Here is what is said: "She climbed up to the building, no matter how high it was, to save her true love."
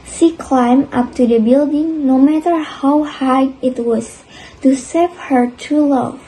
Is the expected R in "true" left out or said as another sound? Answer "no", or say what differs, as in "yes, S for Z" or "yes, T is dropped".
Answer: yes, R is dropped